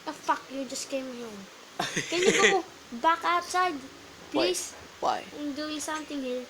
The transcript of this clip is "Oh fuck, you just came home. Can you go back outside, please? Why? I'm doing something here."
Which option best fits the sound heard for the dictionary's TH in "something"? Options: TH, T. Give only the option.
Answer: T